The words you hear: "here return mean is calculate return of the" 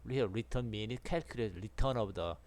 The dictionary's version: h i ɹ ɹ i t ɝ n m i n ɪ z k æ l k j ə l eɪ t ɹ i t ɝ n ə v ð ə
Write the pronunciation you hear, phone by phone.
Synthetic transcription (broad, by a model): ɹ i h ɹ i t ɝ n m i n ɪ s k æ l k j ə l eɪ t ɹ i t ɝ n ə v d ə